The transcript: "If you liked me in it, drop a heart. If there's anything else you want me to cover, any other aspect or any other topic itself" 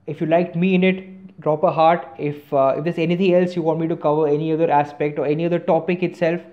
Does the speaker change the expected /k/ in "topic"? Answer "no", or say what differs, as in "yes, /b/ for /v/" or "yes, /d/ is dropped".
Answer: no